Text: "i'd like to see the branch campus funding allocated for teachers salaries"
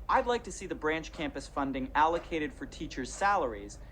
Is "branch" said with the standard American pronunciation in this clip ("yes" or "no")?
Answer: yes